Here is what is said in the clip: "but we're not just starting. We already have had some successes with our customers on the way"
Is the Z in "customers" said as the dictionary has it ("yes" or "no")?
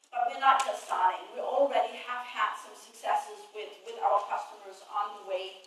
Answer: yes